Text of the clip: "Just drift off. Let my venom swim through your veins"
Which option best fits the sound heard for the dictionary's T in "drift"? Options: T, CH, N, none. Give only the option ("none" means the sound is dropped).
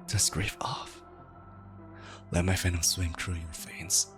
none